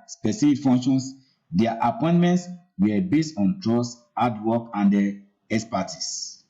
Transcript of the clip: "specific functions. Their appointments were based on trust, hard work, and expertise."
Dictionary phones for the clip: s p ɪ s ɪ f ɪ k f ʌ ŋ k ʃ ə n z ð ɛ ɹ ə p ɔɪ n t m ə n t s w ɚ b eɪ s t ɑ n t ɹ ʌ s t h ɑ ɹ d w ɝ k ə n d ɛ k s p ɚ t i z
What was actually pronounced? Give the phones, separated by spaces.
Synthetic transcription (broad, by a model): s p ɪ s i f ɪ k f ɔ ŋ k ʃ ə n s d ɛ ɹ ə p ɔɪ n t m ə n t s w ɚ b eɪ s t ɑ n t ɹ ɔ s ɑ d w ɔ k ə n d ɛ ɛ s p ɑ t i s